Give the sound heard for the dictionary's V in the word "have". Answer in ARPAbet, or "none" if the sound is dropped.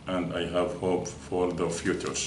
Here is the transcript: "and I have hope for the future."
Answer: V